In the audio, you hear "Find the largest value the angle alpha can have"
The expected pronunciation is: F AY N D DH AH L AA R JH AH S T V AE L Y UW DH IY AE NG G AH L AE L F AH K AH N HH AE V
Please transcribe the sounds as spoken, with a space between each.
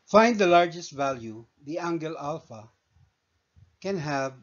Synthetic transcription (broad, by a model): F AY N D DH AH L AA R JH AH S T V AE L Y UW DH IY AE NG G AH L AE L F AH K AH N HH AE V